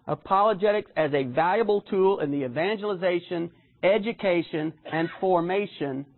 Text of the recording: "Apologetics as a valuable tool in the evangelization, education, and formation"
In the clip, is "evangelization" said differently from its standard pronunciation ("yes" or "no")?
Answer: no